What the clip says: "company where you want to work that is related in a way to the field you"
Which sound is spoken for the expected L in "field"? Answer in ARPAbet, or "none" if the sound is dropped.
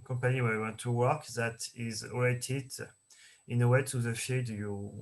none